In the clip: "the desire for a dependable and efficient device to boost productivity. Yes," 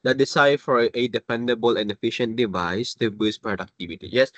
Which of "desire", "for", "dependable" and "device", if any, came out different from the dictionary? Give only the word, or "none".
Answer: desire